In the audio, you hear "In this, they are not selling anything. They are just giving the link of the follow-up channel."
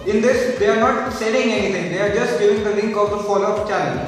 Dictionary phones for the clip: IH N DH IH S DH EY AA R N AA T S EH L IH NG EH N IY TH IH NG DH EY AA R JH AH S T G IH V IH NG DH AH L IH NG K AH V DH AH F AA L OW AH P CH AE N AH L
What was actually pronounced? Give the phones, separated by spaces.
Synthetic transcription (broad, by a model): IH N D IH S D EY AA R N AA T S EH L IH NG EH N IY T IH NG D EY AA R JH AH S T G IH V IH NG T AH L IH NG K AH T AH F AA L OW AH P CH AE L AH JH